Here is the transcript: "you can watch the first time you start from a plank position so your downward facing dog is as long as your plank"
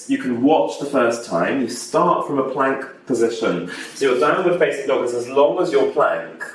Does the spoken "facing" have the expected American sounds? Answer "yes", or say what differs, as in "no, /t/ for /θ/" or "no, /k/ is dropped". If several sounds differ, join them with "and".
no, /s/ is dropped